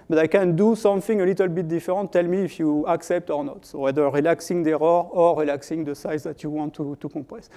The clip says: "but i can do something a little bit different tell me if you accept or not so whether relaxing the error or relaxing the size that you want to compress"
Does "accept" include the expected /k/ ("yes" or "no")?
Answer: yes